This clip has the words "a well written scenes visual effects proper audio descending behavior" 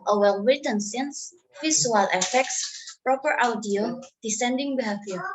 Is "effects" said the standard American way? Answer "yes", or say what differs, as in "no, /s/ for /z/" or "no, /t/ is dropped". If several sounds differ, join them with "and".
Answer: yes